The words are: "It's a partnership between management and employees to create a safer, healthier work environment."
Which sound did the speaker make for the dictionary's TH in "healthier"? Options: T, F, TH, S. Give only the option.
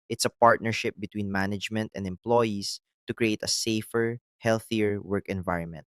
TH